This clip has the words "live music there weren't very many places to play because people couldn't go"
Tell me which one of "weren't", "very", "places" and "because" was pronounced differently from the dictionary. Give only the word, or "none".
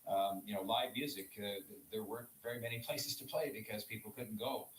none